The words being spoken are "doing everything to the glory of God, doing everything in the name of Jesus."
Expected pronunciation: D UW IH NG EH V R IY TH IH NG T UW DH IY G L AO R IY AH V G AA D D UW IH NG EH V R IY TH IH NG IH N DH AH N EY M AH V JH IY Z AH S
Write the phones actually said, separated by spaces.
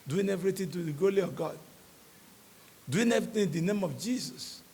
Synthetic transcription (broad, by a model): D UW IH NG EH V R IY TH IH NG T UW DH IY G AO L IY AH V G AA D D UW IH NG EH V R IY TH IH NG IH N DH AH N EY M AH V JH IY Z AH S